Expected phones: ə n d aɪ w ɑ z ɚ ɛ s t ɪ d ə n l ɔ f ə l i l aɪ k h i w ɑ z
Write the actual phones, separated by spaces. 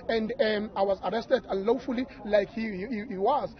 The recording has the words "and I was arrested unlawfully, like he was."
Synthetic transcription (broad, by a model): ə n d aɪ w ɑ z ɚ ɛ s t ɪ d ə n l ɔ f ə l i l aɪ k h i w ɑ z